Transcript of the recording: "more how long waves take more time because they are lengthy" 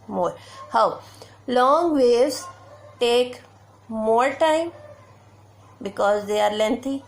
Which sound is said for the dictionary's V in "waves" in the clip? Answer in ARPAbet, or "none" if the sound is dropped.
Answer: none